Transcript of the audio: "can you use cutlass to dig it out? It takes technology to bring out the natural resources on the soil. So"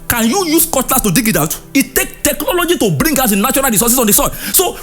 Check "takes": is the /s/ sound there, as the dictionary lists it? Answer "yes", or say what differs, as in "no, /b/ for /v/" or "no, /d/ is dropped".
no, /s/ is dropped